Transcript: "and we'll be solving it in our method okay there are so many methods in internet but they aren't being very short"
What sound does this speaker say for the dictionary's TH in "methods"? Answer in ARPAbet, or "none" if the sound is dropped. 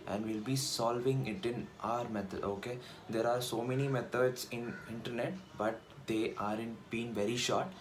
T